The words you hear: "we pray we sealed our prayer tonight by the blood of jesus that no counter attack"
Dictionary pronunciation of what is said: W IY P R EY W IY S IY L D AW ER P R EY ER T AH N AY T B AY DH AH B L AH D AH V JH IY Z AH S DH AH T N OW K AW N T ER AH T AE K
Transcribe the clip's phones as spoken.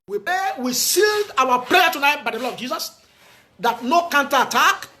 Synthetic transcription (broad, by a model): W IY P EY W IY S IY L D AW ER P R EY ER T AH N AY T B AY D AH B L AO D AH V JH IY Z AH S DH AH T N OW K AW N T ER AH T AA K